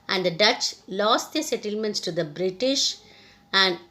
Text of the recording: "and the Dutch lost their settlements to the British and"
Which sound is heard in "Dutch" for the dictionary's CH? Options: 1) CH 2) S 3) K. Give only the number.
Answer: 1